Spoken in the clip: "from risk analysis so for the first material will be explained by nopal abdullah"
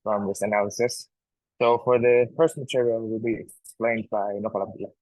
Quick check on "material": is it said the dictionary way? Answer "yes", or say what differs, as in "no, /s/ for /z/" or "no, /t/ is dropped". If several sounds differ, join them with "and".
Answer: yes